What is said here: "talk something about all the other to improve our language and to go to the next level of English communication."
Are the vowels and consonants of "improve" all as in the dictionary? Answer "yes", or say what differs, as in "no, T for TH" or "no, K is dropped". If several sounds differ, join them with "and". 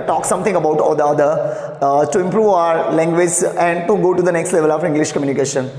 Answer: yes